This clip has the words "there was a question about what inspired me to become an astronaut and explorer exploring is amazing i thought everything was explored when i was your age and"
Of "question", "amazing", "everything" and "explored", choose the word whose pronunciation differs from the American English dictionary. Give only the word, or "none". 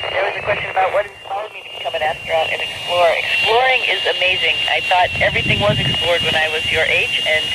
none